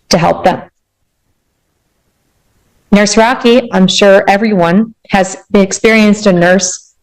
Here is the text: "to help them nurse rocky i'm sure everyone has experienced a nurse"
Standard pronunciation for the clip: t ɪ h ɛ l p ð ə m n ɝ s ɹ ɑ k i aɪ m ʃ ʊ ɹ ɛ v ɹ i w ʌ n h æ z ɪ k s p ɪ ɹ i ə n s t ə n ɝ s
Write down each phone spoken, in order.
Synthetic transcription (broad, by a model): t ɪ h ɛ l p ð ə m n ɝ s ɹ ɑ k i aɪ m ʃ ʊ ɹ ɛ v ɹ i w ʌ n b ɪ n ɪ k s p ɪ ɹ i ə n s t ə n ɝ s